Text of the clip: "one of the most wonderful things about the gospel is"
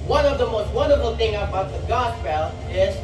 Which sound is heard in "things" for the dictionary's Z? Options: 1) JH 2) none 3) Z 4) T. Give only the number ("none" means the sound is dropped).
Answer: 2